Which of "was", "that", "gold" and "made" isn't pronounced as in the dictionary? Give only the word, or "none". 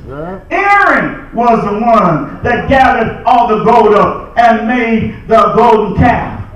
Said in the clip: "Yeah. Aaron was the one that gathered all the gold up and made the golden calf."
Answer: none